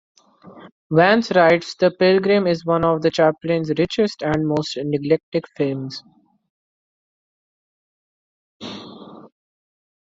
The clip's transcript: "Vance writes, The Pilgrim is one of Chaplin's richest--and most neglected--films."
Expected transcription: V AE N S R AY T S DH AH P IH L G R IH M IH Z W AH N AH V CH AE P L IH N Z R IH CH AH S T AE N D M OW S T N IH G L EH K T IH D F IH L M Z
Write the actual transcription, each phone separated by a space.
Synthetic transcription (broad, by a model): V AE N S R AY T S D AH P IH L G R IH M IH Z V AH N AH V CH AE P L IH N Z R IH CH AH S T AE N D M OW S T N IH G L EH K T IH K F IH L M Z